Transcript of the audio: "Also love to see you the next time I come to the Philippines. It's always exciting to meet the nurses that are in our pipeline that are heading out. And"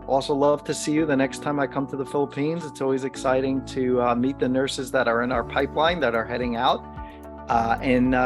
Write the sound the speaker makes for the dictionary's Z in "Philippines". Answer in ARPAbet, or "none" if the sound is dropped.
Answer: Z